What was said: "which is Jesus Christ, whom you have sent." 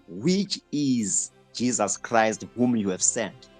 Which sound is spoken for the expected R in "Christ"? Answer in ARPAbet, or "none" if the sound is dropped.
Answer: R